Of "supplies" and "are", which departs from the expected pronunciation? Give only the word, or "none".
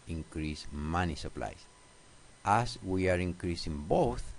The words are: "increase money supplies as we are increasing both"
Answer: supplies